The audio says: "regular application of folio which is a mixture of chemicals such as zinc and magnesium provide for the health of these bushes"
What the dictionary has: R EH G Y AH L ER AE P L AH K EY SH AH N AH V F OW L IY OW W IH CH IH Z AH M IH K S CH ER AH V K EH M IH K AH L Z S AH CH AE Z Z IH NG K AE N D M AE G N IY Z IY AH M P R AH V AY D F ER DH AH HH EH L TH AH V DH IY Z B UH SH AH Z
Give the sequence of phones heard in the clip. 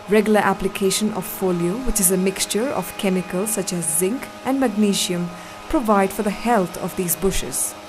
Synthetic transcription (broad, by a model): R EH G Y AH L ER AE P L AH K EY SH AH N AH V F OW L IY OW W IH CH IH Z AH M IH K S CH ER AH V K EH M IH K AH L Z S AH CH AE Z Z IH NG K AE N D M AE G N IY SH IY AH M P R AH V AY D F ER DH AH HH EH L T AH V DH IY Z B UH SH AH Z